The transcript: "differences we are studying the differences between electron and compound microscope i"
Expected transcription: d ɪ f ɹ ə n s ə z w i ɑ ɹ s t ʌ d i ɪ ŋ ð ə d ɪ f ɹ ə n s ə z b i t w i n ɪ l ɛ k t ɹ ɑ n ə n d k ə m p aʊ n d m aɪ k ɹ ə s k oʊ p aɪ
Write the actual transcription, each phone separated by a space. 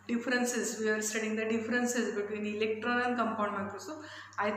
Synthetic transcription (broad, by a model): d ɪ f ɹ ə n s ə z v i ɑ ɹ s t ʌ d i ŋ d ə d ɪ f ɹ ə n s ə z b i t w i n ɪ l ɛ k t ɹ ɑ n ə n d k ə m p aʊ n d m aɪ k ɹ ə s oʊ aɪ